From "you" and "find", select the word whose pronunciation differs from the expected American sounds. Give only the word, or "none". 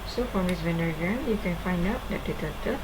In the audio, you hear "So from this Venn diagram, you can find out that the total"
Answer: none